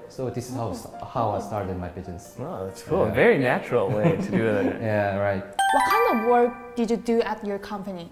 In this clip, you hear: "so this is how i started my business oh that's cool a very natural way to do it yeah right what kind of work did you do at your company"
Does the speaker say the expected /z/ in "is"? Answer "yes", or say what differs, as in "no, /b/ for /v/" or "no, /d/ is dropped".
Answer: no, /s/ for /z/